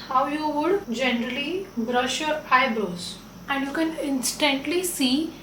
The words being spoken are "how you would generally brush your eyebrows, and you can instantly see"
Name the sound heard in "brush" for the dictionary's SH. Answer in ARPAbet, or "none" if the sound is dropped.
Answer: SH